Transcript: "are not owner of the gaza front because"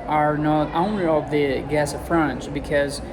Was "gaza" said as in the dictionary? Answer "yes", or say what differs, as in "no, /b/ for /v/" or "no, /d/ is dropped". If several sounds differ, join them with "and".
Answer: no, /s/ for /z/